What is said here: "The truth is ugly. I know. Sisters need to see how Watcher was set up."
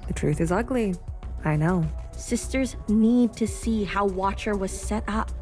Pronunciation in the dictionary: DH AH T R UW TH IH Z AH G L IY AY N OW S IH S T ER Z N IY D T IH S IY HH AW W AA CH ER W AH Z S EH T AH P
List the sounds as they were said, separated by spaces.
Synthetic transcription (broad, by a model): DH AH T R UW TH IH Z AH G L IY AY N OW S IH S T ER Z N IY D T IH S IY HH AW W AA CH ER W AH Z S EH T AH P